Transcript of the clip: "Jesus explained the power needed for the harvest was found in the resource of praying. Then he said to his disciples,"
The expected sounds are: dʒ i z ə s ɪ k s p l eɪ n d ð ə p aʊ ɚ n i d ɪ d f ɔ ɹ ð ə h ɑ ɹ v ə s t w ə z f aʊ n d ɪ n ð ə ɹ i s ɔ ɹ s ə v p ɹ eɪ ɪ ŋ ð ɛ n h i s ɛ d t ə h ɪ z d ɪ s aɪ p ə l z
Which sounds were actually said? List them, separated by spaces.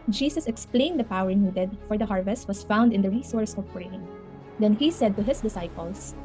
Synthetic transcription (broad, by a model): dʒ i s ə s ɪ k s p l eɪ n d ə p aʊ ɚ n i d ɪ d f ɔ ɹ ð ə h ɑ ɹ v ə s t w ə s f aʊ n d ɪ n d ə ɹ i s ɔ ɹ s ə v p ɹ eɪ ɪ ŋ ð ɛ n h i s ɛ d t ə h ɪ s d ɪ s aɪ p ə l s